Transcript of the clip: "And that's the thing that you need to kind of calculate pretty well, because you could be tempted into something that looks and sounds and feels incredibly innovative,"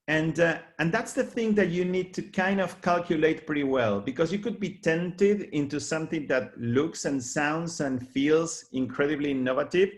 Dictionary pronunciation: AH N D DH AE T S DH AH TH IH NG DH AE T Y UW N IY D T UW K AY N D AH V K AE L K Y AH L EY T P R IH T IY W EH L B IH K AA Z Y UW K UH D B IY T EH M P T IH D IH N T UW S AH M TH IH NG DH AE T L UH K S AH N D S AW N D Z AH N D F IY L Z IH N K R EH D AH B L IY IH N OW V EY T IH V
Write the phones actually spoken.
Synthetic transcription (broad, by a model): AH N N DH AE T S DH AH TH IH NG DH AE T Y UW N IY D T UW K AY N D AH V K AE L K Y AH L EY T P R IH T IY W EH L B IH K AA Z Y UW K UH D B IY T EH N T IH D IH N T UW S AH M TH IH NG DH AE T L UH K S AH N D S AW N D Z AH N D F IY L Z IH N K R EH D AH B L IY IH N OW V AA T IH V